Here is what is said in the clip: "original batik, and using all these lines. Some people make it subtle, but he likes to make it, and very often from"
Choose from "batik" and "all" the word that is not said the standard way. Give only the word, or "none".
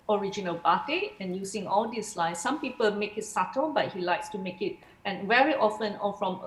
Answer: batik